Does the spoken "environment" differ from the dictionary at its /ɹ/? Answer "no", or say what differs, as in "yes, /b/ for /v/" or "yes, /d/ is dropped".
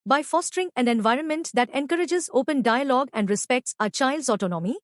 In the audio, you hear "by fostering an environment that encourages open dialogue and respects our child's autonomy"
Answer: no